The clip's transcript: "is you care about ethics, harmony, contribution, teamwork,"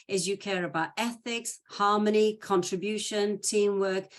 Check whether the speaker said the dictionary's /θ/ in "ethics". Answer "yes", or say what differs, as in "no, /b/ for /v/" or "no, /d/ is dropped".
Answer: yes